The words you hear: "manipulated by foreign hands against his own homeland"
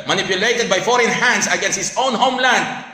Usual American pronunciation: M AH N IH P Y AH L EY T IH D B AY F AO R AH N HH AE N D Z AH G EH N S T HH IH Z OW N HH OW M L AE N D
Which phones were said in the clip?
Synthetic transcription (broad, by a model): M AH N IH P Y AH L EY T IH D B AY F AO R AH N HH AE N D S AH G EH N S T HH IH S OW N HH OW M L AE N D